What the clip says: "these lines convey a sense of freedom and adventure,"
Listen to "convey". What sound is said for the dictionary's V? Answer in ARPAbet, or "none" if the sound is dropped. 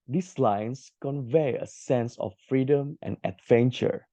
V